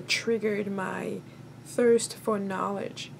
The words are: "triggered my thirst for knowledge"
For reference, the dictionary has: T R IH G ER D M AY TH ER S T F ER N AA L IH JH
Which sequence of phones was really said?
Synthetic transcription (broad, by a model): T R IH G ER D M AY TH ER S T F ER N AA L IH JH